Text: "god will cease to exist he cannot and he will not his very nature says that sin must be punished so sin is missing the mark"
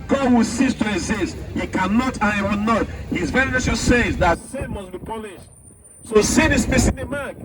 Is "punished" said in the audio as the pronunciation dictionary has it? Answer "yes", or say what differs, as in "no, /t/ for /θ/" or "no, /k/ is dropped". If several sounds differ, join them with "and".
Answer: no, /l/ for /n/